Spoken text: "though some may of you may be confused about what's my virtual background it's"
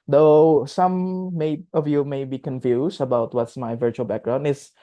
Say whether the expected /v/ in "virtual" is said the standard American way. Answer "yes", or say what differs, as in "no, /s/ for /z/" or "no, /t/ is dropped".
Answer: yes